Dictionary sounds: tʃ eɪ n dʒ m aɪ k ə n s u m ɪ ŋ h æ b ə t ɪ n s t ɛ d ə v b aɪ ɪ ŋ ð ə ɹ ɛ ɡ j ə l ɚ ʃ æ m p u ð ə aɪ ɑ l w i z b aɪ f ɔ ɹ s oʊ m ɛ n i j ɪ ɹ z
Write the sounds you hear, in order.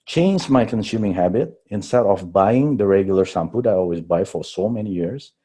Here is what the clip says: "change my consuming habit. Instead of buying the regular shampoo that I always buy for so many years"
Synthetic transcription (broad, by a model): tʃ eɪ n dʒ m aɪ k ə n s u m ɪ ŋ h æ b ə t ɪ n s t ɛ d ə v b aɪ ɪ ŋ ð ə ɹ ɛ ɡ j l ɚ s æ m p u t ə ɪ ɑ l w i z b aɪ f ɔ ɹ s oʊ m ɛ n i j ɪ ɹ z